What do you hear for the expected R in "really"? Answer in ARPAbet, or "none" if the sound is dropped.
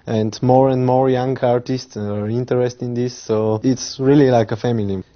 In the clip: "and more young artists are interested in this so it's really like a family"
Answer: R